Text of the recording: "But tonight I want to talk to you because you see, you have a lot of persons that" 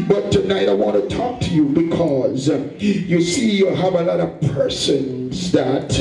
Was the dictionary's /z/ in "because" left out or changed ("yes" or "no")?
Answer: no